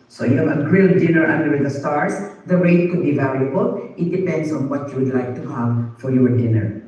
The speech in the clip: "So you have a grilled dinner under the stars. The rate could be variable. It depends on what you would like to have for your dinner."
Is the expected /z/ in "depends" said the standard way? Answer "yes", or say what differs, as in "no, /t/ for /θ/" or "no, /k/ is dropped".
no, /s/ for /z/